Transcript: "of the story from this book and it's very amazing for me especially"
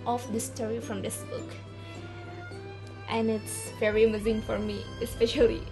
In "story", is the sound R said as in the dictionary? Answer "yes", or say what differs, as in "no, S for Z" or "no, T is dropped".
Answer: yes